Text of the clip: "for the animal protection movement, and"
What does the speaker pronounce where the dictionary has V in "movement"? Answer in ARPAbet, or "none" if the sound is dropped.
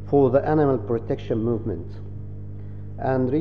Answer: V